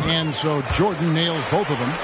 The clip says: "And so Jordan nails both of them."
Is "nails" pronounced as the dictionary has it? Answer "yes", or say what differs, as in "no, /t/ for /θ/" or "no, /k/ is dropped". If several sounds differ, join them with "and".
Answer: yes